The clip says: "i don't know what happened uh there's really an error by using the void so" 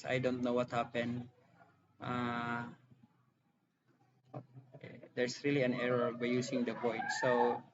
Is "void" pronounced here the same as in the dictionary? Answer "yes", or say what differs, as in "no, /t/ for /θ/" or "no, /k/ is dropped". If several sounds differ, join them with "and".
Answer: no, /p/ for /v/